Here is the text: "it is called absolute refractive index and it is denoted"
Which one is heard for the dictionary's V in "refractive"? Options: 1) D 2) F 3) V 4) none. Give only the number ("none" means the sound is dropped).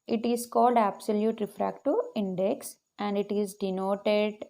4